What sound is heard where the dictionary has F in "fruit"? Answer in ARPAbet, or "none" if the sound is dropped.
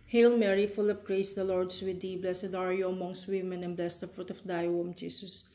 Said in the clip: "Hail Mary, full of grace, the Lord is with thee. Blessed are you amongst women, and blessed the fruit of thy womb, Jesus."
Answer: F